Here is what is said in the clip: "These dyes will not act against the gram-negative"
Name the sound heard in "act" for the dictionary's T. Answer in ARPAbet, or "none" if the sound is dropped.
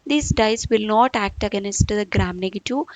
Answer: T